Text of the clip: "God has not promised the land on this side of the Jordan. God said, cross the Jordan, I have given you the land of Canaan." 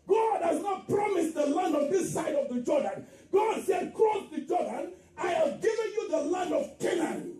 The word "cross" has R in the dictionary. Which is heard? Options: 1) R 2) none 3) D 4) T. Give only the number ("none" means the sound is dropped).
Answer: 2